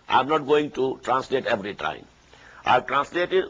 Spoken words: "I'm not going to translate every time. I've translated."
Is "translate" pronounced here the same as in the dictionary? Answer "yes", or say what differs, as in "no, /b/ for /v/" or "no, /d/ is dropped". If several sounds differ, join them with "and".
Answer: yes